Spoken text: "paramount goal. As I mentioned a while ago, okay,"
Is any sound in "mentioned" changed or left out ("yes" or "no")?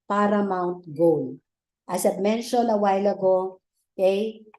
yes